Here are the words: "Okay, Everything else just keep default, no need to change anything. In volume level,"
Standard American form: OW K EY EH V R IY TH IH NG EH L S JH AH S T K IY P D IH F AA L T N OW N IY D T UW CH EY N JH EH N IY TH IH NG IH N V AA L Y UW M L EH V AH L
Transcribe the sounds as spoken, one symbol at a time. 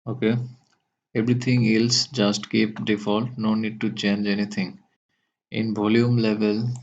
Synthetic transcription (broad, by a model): OW K EY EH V R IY T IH NG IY L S JH AH S T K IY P D IH F AA L T N OW N IY D T UW CH EY N JH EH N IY T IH NG IH N B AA L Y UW M L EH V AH L